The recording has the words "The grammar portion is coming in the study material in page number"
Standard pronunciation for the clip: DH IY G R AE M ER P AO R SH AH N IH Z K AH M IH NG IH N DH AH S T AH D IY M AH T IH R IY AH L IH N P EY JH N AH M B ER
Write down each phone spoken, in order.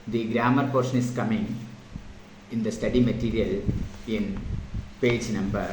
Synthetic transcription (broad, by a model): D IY G R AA M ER P AO R SH AH N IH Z K AH M IH NG IH N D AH S T AH D IY M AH T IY R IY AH L IH N P EY JH N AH M B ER